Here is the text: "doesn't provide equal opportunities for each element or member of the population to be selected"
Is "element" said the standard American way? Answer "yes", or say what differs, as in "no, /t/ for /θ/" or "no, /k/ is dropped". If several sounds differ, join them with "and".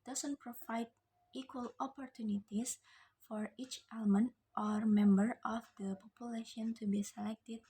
yes